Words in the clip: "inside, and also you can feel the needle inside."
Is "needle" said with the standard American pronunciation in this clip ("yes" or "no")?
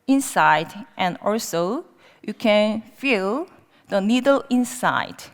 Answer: yes